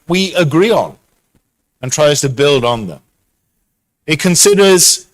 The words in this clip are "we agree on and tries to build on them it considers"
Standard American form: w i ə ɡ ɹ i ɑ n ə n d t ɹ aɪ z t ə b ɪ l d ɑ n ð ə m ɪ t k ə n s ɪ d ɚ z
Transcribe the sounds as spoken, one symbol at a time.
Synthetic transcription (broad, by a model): w i ə ɡ ɹ i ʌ n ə n t ɹ aɪ z t ə b ɪ l d n ð ə m ɪ t k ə n s ɪ d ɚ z